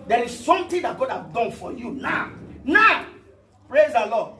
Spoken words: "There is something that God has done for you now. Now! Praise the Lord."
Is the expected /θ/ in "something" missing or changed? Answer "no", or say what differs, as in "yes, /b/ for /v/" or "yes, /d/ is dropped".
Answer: yes, /t/ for /θ/